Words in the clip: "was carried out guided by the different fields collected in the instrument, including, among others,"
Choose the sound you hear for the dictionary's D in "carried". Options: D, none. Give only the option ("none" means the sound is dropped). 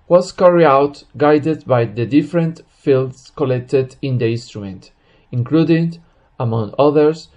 none